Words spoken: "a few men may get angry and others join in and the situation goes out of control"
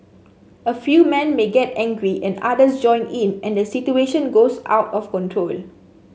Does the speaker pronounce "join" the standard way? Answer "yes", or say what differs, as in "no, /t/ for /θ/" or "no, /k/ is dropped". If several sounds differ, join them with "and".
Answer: yes